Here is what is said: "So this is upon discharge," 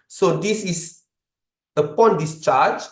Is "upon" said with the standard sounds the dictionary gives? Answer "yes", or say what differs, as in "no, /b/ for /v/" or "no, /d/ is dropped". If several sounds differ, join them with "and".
yes